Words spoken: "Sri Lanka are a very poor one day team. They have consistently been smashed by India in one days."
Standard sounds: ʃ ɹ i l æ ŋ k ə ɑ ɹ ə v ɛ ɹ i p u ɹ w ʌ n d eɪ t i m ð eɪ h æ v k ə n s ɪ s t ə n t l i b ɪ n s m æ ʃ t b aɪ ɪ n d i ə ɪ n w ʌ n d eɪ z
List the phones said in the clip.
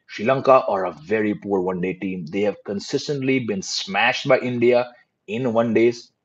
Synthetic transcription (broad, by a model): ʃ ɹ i l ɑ ŋ k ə ɑ ɹ ə v ɛ ɹ i p u ɹ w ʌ n d eɪ t i m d eɪ h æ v k ə n s ɪ s t ə n t l i b ɪ n s m æ ʃ t b aɪ ɪ n d i ə ɪ n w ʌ n d eɪ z